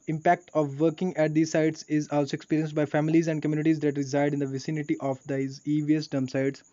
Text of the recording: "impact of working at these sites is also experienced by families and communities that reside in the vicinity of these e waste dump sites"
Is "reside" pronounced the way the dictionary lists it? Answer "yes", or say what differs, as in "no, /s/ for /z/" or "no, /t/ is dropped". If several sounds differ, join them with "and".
yes